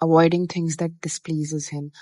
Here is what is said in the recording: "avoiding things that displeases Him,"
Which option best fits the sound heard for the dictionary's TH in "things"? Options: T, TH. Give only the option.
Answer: T